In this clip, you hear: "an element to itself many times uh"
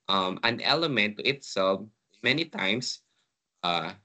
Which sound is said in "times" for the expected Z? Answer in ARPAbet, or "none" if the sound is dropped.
S